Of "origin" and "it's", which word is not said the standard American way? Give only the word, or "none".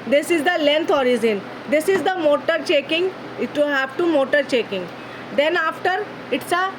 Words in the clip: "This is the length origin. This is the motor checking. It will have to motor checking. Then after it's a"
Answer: origin